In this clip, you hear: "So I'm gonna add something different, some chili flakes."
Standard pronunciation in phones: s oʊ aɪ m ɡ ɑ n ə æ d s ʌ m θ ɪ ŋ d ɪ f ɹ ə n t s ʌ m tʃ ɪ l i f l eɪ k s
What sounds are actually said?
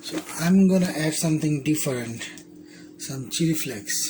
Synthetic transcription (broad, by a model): s oʊ aɪ m ɡ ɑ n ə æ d s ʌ m t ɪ ŋ d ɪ f ɹ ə n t s ʌ m tʃ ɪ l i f l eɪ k s